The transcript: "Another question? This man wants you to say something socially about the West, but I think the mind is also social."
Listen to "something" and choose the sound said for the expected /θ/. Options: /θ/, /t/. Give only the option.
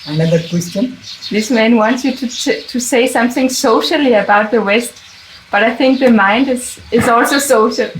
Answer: /θ/